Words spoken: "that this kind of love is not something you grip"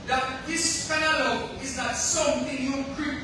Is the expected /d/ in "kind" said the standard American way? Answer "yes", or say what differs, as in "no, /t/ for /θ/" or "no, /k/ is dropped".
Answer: no, /d/ is dropped